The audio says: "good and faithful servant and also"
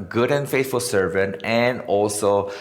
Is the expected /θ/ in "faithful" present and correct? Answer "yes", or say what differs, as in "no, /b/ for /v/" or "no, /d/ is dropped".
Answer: no, /t/ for /θ/